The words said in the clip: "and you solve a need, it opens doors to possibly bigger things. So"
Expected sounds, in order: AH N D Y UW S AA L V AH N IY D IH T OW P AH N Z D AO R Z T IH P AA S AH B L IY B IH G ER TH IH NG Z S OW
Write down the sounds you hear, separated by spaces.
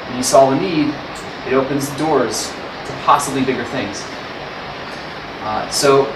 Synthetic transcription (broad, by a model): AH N Y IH S AA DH AH N IY D IH T OW P AH N Z D AO R Z T IH P AA S AH B L IY B IH G ER TH IH NG Z S OW